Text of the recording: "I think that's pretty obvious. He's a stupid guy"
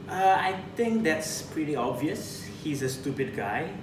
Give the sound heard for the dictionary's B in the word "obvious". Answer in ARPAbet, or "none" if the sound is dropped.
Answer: B